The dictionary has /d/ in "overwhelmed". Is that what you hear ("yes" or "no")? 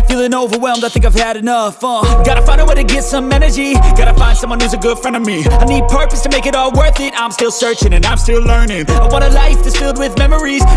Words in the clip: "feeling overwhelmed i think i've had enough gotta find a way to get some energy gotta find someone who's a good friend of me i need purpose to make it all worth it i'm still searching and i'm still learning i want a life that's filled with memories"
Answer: yes